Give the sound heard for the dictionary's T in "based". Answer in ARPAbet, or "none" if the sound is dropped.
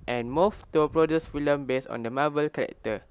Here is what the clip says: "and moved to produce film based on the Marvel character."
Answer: none